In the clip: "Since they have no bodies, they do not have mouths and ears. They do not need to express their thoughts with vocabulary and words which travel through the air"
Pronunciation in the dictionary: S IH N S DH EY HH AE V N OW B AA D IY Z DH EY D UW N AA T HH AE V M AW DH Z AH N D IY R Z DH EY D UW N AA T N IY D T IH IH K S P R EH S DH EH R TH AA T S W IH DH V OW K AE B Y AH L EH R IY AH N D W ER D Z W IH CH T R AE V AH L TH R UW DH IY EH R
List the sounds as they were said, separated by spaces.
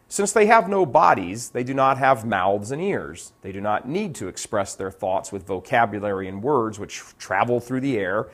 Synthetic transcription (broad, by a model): S IH N S DH EY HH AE V N OW B AA D IY Z DH EY D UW N AA T HH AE V M AW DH Z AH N IY R Z DH EY D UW N AA T N IY D T IH IH K S P R EH S DH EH R TH AA T S W IH DH V OW K AE B Y AH L EH R IY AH N W ER D Z W IH CH T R AE V L TH R UW DH IY EH R